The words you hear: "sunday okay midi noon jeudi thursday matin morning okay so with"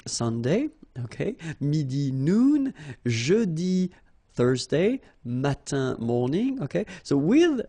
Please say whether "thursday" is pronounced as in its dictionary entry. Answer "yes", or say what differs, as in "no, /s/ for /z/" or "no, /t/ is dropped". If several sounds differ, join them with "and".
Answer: yes